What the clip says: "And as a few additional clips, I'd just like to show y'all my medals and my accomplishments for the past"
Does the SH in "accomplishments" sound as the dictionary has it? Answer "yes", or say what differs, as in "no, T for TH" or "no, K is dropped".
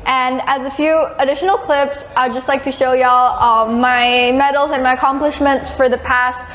yes